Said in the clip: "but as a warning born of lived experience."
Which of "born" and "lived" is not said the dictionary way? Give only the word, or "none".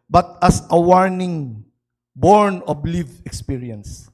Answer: lived